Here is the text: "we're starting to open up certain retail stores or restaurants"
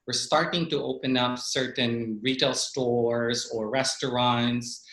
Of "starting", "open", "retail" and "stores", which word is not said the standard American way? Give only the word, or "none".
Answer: none